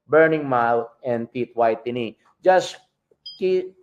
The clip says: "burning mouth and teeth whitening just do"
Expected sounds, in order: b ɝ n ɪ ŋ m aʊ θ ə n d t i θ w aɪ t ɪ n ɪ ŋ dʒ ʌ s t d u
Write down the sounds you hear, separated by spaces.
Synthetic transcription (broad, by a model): b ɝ n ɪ ŋ m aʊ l ə n d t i t w aɪ t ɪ n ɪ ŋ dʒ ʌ s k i